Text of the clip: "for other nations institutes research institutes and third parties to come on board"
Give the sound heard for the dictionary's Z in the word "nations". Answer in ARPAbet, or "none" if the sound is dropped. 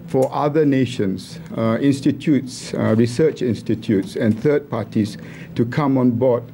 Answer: S